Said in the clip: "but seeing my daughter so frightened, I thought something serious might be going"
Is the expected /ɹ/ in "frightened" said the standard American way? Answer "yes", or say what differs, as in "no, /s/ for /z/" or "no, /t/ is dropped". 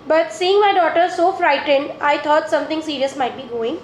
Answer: yes